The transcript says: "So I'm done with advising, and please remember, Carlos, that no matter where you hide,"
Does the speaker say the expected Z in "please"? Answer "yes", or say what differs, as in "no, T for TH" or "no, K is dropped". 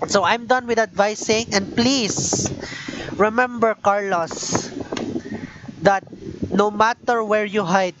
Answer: no, S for Z